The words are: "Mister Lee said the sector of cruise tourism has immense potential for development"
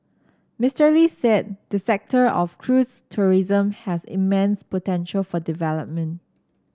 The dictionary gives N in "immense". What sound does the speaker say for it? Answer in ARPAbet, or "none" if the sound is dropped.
N